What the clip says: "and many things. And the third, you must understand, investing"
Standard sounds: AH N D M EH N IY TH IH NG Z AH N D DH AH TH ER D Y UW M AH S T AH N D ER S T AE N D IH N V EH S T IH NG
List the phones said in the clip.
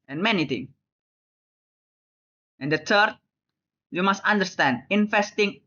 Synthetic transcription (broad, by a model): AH N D M EH N IY T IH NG AH N D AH T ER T Y UW M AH S T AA N D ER S T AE N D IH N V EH S T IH NG